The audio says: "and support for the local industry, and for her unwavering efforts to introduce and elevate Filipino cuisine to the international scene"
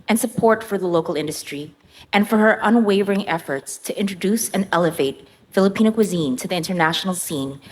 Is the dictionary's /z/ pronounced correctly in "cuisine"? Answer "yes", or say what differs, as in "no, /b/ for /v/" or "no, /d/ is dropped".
yes